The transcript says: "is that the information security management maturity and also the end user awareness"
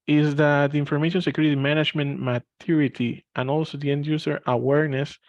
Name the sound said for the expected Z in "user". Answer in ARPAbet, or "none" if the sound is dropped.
S